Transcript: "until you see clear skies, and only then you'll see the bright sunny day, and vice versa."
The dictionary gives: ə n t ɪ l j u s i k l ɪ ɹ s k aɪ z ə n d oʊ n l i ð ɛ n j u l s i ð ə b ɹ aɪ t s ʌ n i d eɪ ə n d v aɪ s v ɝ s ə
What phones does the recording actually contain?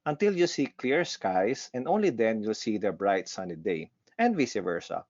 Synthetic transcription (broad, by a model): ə n t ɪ l j u s i k l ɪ ɹ s k aɪ s ə n d oʊ n l i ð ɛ n j u l s i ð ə b ɹ aɪ t s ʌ n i d eɪ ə n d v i s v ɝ s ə